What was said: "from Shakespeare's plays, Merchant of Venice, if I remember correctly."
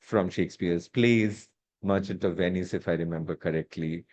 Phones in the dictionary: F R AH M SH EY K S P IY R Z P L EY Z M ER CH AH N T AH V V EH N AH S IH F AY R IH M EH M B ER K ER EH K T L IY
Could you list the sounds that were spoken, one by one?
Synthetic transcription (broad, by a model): F R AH M SH EY K S P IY R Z P L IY Z M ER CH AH N T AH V V EH N AH S IH F AY R IH M EH M B ER K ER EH K T L IY